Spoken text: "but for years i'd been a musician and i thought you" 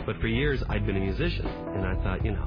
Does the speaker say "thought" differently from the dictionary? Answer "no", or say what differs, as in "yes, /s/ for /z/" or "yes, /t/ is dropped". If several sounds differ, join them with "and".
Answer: no